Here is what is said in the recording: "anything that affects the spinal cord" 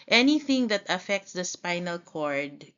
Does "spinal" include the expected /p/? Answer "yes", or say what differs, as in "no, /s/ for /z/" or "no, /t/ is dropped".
yes